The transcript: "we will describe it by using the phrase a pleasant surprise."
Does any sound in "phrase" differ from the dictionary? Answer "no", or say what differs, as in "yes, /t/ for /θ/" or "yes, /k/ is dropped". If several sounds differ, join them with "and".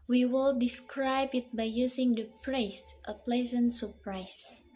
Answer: yes, /p/ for /f/ and /s/ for /z/